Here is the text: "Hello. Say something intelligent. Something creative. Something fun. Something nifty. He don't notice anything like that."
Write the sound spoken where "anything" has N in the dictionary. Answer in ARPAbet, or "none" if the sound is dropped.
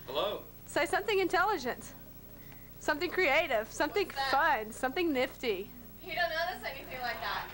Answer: none